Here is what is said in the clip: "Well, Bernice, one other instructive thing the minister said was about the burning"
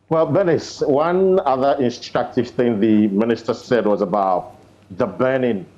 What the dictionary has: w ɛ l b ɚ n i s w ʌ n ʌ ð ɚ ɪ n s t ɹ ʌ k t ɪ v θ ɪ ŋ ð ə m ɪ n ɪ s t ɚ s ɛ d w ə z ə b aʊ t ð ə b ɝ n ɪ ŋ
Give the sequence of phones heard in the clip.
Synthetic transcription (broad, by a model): w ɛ l b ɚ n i s w ʌ n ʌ ð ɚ ɪ n s t ɹ ʌ k t ɪ v θ ɪ ŋ ð ə m ɪ n ɪ s t ɚ s ɛ d w ə z ə b aʊ t ð ə b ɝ n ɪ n